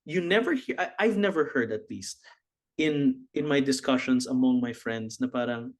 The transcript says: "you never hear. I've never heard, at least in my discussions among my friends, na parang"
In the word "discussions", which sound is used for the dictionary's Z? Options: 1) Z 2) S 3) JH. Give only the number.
2